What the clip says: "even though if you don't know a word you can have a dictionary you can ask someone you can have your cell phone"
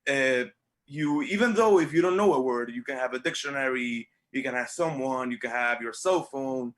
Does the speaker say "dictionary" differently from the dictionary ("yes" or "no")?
no